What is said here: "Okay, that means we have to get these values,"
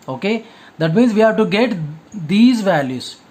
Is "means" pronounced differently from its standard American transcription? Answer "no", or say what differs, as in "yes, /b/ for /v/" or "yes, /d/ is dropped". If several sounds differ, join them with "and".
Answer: no